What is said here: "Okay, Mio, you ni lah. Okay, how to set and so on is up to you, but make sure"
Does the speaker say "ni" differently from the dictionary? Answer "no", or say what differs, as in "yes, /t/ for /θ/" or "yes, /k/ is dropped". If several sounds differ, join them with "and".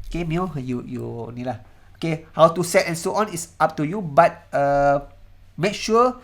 no